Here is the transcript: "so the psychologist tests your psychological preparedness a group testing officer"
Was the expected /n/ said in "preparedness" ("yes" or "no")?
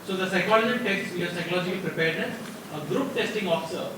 no